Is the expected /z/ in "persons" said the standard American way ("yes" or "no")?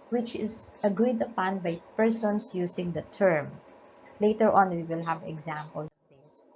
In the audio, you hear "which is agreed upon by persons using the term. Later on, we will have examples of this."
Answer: no